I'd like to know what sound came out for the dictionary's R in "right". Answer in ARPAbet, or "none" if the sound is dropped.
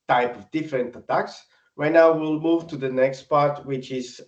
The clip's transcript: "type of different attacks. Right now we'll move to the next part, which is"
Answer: W